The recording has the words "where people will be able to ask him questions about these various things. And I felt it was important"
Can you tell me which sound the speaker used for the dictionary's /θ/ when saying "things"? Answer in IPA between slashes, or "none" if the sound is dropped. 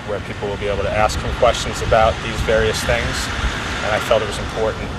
/θ/